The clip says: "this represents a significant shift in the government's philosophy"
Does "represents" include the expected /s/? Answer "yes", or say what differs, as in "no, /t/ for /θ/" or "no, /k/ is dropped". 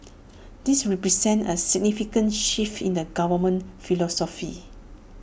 no, /s/ is dropped